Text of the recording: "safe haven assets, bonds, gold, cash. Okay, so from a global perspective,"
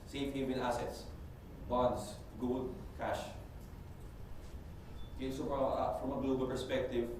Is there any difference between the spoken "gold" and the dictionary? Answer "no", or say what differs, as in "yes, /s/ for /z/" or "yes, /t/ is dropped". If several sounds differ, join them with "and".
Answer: yes, /l/ is dropped